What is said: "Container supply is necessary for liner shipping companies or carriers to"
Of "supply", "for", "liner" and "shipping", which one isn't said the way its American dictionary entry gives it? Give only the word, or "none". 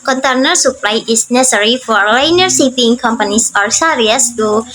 shipping